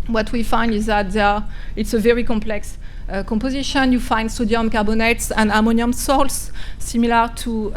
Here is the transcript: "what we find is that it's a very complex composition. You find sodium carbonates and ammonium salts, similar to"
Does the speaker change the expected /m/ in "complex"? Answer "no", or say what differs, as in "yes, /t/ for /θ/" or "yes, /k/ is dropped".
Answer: no